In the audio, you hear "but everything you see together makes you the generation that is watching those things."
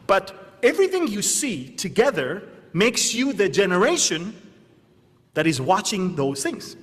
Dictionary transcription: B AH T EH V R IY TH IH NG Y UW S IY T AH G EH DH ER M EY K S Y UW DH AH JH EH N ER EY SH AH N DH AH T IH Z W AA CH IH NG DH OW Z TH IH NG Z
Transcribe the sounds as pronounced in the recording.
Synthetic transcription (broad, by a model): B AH T EH V R IY TH IH NG Y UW S IY T AH G EH DH ER M EY K S Y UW DH AH JH EH N ER EY SH AH N DH AH T IH Z W AA CH IH NG DH OW Z TH IH NG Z